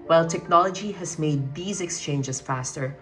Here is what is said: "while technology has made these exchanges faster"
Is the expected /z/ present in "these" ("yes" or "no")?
yes